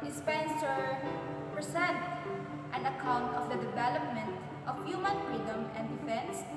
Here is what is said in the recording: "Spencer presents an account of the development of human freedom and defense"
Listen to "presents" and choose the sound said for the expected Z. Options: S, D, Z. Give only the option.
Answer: S